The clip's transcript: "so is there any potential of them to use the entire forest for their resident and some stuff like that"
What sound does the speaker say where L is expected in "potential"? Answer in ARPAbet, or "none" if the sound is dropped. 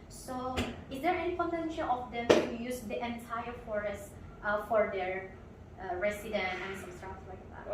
N